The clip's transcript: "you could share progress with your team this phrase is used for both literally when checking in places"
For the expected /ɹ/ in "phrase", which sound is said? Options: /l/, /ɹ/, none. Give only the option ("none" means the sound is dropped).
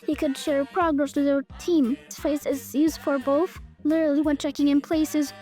none